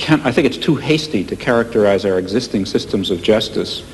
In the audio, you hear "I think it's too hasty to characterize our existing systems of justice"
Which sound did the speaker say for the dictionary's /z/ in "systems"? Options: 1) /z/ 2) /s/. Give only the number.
1